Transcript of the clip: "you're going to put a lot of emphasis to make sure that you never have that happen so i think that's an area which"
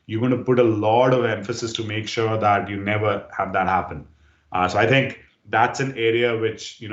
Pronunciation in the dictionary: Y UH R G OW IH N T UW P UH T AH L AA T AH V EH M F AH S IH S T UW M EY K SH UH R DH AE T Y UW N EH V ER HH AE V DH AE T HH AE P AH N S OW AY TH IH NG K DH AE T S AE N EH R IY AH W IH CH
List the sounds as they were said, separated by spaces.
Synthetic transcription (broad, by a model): Y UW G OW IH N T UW P UH T AH L AA T AH V EH M F AH S IH S T UW M EY K SH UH R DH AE T Y UW N EH V ER HH AE V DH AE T HH AE P AH N S OW AY T IH NG K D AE T S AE N EH R IY AH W IH CH